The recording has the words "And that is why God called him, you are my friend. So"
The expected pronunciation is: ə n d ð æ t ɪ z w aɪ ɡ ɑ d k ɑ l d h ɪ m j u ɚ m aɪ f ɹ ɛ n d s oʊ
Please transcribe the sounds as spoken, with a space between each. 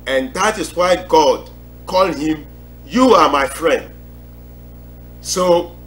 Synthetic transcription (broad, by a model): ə n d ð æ t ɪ s w aɪ ɡ ɑ d k ɑ l d h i m j u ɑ m aɪ f ɹ ɛ n d s oʊ